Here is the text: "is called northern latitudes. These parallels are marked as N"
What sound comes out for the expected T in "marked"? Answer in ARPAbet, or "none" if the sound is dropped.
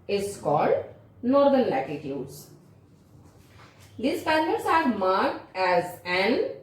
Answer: T